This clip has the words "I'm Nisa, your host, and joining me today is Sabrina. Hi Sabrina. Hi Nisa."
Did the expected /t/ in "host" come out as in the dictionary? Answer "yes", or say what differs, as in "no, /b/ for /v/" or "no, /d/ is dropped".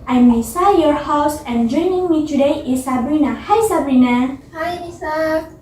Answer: no, /t/ is dropped